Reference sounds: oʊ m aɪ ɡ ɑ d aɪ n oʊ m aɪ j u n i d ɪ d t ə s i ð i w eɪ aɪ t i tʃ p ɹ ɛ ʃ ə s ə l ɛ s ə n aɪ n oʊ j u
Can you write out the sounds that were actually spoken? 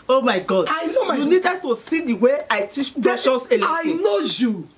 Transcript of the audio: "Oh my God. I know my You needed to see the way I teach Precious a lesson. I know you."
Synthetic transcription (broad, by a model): oʊ m aɪ ɡ ɑ d aɪ n oʊ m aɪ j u n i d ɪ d t ə s i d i w eɪ aɪ t i tʃ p ɛ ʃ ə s ə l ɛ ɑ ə i n oʊ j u